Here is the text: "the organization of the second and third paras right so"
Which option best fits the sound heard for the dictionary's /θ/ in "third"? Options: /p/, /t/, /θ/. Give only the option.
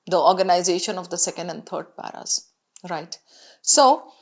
/t/